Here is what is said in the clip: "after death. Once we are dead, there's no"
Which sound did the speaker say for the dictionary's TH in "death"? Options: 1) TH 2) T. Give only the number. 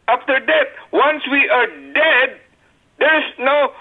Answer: 2